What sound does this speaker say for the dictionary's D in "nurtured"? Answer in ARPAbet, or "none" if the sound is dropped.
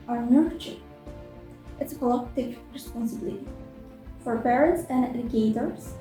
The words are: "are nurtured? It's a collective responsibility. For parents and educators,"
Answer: none